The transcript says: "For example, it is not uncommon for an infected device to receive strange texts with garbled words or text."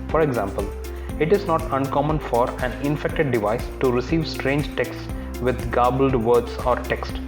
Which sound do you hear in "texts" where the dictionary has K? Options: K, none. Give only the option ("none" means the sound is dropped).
K